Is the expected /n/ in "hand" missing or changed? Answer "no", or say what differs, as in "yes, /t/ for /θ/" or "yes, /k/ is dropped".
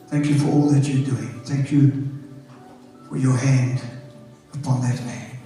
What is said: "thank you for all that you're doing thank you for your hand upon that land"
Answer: no